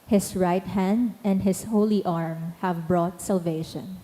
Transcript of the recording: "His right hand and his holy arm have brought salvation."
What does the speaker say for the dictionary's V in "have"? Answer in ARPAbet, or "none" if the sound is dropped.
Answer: V